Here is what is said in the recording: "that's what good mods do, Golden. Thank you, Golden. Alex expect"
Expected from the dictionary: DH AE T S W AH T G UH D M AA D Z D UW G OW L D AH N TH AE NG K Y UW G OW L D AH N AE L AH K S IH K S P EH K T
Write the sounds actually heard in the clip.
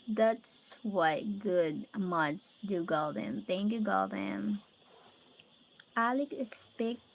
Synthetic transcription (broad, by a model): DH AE T S W AH T G UH D M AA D S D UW G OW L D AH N TH AE NG K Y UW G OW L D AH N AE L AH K IH K S P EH K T